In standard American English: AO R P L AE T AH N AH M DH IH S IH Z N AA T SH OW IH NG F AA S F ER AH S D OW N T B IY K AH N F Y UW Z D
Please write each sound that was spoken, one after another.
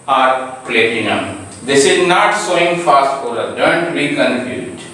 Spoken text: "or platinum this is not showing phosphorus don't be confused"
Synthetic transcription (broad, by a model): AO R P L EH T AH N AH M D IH S IH Z N AA T S OW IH NG F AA S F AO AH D D OW N T B IY K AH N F Y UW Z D